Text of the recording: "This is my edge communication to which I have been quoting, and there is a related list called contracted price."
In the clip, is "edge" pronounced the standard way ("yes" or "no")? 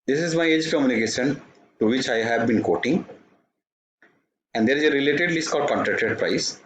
yes